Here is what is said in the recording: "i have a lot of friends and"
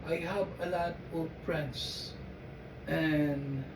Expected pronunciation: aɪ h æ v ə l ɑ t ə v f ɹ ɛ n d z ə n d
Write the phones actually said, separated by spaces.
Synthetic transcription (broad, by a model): aɪ h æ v ə l ɑ t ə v p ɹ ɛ n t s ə n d